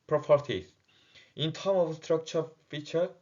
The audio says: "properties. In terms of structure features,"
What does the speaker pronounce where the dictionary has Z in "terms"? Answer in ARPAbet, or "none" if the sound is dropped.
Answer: none